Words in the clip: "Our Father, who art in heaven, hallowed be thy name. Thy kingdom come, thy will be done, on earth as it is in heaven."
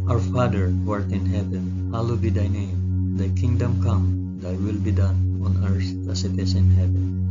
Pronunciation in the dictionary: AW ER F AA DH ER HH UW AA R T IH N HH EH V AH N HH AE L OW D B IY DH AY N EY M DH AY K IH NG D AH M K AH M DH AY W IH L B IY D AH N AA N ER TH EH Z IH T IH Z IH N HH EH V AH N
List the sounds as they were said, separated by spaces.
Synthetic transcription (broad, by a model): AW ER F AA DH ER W AA R T IH N HH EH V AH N HH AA L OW B IY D AY N EY M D AY K IH NG D AH M K AH M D AY W IH L B IY D AH N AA N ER S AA S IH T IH S IH N HH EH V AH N